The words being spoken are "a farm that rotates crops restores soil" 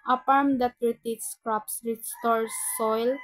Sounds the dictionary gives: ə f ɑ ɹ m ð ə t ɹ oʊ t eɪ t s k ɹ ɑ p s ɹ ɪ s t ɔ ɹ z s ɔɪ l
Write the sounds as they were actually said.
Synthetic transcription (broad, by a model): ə p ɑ ɹ m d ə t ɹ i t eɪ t s k ɹ ɑ p s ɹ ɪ s t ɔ ɹ s ɔɪ l